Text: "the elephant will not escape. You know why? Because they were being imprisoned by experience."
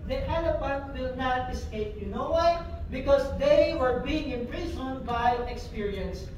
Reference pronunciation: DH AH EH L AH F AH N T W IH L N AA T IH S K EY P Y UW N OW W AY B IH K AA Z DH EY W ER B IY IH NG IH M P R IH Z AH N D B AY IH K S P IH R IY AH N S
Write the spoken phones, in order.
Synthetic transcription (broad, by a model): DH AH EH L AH P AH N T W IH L N AA T IH S K EY P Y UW N OW W AY B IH K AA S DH EY W ER B IY IH NG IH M P R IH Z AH N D B AY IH K S P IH R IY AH N S